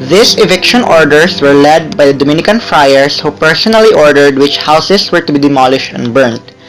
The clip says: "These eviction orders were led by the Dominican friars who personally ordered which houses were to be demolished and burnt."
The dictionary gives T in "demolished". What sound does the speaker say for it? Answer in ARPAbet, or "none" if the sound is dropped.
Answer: T